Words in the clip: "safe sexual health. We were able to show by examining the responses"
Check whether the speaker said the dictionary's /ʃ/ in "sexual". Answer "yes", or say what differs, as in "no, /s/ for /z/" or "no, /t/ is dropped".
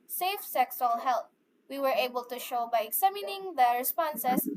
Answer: no, /s/ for /ʃ/